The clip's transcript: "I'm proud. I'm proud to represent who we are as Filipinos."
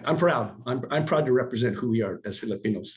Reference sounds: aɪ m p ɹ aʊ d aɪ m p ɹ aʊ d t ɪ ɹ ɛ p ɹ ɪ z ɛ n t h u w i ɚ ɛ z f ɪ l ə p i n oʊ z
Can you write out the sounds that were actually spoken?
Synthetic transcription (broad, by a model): aɪ m p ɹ aʊ d aɪ m p ɹ aʊ d t ɪ ɹ ɛ p ɹ ɪ z ɛ n t h u w i ɚ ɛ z f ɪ l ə p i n oʊ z